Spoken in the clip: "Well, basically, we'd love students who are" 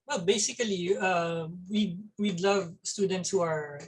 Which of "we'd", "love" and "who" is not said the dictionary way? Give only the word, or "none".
none